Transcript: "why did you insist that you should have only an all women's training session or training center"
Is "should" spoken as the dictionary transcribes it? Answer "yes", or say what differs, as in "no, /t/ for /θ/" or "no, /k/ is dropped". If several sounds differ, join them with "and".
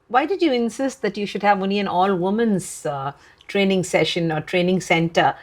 yes